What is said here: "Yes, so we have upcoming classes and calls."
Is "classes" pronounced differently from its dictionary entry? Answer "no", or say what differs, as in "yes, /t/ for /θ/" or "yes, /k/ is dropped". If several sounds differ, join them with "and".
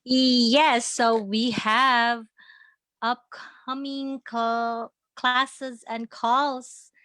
no